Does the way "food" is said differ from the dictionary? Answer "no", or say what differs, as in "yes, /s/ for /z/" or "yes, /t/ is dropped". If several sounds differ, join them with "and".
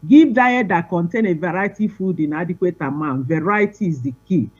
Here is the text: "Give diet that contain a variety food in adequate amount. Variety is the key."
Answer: no